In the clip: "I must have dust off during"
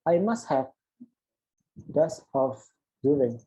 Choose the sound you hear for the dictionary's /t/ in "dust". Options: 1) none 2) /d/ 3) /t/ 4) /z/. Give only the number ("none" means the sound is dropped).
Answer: 1